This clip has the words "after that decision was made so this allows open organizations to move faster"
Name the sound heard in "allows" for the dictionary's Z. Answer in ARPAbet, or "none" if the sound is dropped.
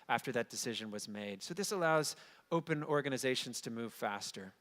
Z